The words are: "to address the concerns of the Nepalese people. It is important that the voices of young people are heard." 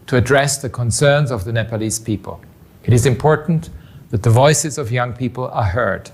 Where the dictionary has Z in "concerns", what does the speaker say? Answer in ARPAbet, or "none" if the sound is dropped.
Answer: Z